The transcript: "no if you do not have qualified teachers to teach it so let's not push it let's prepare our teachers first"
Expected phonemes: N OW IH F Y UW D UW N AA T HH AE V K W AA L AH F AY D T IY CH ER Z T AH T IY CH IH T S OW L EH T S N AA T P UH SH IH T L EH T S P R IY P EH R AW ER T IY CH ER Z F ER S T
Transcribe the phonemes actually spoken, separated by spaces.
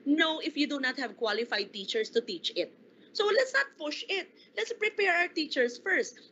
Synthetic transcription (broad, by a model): N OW IH F Y UW D UW N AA T HH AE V K W AA L AH F AY D T IY CH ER S T AH T IY CH IH T S OW L EH T S N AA T P UH SH IH T L EH T S P R IY P EH R AW ER T IY CH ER S F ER S T